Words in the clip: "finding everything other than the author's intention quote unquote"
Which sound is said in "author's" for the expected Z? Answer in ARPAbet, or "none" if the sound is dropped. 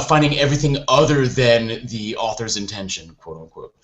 Z